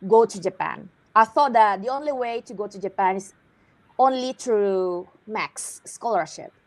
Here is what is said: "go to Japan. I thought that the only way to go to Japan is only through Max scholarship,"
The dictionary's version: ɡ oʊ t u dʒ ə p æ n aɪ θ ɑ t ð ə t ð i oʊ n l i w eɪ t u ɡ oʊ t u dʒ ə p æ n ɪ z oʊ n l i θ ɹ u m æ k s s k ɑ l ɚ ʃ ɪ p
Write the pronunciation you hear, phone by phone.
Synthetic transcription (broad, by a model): ɡ oʊ t u dʒ ə p æ n aɪ θ ɑ t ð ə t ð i oʊ n l i w eɪ t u ɡ oʊ t u dʒ ə p æ n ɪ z oʊ n l i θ ɹ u m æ k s s k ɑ l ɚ ʃ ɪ p